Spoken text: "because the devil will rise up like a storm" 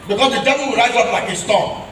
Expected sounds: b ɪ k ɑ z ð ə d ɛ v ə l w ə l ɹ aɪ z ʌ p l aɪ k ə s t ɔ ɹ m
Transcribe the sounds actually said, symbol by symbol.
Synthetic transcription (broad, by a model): b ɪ k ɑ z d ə d ɛ v ə l w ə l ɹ aɪ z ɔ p l aɪ k ə s t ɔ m